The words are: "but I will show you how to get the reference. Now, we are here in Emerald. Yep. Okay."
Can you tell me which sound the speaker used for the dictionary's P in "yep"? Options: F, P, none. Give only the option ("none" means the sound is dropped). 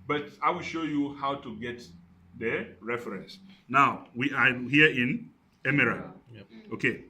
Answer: none